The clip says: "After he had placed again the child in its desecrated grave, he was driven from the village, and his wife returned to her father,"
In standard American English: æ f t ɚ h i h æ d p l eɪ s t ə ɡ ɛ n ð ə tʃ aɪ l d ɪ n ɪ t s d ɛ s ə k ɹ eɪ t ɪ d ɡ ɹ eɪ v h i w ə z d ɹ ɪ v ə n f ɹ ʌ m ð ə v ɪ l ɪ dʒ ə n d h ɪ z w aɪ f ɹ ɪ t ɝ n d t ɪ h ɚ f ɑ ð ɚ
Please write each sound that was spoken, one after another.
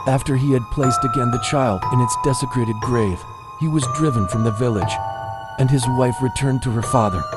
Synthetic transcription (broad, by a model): æ f t ɚ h i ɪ d p l eɪ s t ə ɡ ɛ n ð ə tʃ aɪ l d ɪ n ɪ t s d ɛ s ə k ɹ eɪ t ɪ d ɡ ɹ eɪ v h i w ə z d ɹ ɪ v ə n f ɹ ʌ m ð ə v ɪ l ɪ dʒ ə n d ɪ z w aɪ f ɹ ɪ t ɝ n t ɪ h ɚ f ɑ ð ɚ